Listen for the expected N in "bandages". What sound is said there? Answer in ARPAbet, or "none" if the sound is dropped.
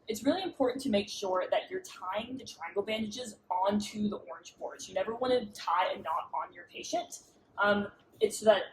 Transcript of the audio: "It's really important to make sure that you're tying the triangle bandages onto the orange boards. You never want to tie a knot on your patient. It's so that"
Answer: N